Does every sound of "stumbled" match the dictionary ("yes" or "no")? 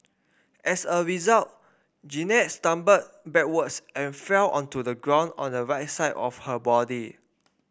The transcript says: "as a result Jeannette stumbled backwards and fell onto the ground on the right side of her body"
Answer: no